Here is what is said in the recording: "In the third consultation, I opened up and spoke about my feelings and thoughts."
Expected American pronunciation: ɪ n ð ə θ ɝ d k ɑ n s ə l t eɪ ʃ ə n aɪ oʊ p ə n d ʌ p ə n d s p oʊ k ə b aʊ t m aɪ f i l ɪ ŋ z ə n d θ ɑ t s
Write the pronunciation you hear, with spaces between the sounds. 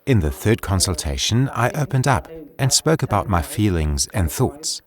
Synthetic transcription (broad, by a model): ɪ n ð ə θ ɝ d k ɑ n s ə l t eɪ ʃ ə n aɪ oʊ p ə n d ʌ p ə n s p oʊ k ə b aʊ t m aɪ f i l ɪ ŋ z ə n θ ɑ t s